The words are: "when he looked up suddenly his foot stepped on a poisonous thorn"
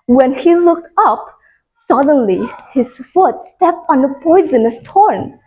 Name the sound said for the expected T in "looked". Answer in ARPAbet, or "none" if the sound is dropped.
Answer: T